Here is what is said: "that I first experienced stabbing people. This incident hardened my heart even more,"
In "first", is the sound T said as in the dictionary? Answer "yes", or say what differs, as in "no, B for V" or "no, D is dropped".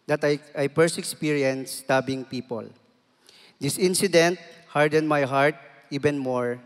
no, T is dropped